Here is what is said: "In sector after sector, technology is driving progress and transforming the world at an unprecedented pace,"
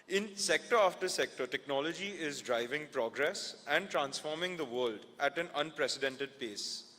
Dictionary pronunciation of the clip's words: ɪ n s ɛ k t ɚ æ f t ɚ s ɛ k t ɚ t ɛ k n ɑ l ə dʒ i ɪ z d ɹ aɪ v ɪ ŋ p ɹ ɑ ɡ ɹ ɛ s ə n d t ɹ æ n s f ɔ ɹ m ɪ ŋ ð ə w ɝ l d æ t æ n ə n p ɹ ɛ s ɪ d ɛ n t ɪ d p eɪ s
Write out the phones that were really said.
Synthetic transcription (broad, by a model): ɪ n s ɛ k t ɚ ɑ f t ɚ s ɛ k t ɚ t ɛ k n ɑ l ə dʒ i ɪ z d ɹ aɪ v ɪ ŋ p ɹ ɑ ɡ ɹ ɛ s ə n d t ɹ æ n s f ɔ ɹ m ɪ ŋ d ə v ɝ l d æ t æ n ə n p ɹ ɛ s ɪ d ɛ n t ɪ d p eɪ s